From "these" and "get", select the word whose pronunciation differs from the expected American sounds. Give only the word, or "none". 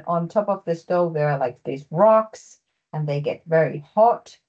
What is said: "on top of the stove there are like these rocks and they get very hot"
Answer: none